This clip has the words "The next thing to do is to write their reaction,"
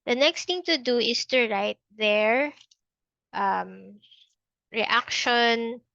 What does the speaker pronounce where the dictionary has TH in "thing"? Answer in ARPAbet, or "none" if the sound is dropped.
T